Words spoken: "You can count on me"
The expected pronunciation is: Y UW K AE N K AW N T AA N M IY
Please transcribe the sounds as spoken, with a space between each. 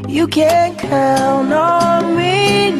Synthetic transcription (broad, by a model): Y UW K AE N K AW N AA N M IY